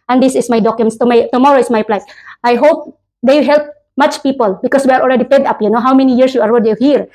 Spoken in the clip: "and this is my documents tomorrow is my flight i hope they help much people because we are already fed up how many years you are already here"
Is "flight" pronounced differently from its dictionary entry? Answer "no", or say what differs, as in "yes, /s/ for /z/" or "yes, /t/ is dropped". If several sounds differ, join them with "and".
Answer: yes, /p/ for /f/